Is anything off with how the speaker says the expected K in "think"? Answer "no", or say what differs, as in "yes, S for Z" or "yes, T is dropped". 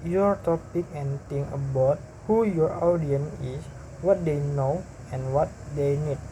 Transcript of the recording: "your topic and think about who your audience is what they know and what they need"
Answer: yes, K is dropped